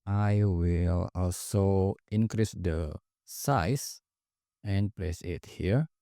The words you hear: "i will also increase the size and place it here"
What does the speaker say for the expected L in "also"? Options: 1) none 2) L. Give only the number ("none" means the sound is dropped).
2